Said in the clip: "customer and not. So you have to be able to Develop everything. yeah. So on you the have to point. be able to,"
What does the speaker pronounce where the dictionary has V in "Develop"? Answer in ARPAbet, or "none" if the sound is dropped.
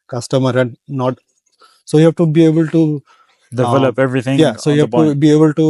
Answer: none